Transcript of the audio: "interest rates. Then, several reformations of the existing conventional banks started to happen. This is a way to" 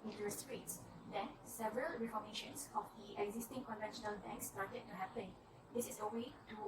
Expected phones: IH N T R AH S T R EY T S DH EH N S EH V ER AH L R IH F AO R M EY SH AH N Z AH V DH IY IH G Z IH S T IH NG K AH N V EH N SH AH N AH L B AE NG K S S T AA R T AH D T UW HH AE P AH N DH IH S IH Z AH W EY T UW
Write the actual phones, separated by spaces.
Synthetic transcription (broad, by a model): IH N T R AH S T R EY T S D EH N S EH V ER AH L R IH F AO M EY SH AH N S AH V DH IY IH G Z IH S T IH NG K AH N V EH N SH AH N AH L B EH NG K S S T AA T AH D T UW HH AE P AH N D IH S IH S AH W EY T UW